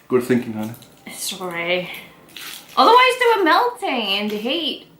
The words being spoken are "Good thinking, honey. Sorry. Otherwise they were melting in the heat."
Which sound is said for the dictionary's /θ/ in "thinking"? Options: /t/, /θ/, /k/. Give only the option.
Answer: /θ/